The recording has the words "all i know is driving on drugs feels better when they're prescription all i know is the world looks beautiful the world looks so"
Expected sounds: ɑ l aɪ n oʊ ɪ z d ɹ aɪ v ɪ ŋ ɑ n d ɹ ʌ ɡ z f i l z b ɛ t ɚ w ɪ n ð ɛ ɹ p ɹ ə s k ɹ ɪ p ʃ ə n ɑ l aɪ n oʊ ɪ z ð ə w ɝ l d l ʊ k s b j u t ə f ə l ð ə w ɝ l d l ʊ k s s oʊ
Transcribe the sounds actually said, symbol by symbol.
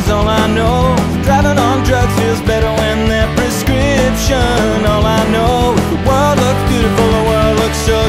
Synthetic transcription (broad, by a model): ɑ l aɪ n oʊ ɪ d ɹ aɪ v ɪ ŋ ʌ n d ɹ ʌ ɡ f i l z b ɛ t ɚ w ɪ n ð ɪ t p ɹ ə s k ɹ ɪ p ʃ ə n ɑ l aɪ n oʊ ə w ɝ l d l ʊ k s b j u t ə f l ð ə w ɝ l d l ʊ k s s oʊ